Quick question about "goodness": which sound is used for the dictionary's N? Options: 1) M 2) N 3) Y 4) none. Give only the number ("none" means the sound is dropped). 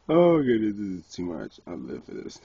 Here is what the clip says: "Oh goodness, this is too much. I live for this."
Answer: 4